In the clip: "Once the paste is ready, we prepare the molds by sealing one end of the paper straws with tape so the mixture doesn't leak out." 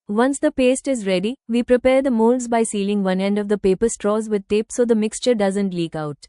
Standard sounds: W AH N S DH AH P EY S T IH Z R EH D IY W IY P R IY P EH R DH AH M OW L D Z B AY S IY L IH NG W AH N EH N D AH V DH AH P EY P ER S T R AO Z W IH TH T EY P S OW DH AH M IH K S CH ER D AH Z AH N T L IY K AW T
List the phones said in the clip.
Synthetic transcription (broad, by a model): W AH N S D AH P EY S T IH Z R EH D IY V IY P R IY P EH R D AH M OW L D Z B AY S IY L IH NG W AH N EH N D AH V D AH P EY P ER S T R AO Z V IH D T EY P S OW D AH M IH K S CH ER D AH Z AH N T L IY K AW T